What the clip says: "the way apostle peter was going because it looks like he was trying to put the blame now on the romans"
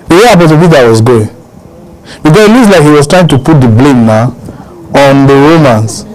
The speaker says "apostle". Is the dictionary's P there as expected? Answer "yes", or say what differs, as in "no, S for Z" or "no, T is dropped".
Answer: no, B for P